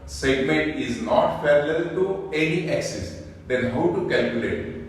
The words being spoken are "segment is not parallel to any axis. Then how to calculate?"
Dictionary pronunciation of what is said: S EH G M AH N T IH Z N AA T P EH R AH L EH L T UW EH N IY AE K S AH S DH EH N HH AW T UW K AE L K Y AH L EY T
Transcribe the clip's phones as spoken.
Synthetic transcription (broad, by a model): S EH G M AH N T IH Z N AA T F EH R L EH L T UW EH N IY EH K S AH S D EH N HH AW T UW K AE L K Y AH L EY T